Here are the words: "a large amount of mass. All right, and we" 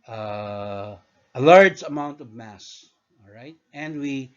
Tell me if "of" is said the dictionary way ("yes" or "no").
yes